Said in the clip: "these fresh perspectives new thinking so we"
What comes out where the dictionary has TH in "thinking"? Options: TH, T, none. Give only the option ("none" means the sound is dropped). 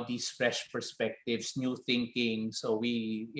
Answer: TH